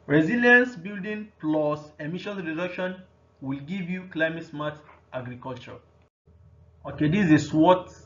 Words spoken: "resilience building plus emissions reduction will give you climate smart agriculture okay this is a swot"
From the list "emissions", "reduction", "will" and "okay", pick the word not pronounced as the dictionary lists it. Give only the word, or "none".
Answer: emissions